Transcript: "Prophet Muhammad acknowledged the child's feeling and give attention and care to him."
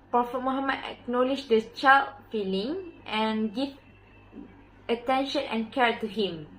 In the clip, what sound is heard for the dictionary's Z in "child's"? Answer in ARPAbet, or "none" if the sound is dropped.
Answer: none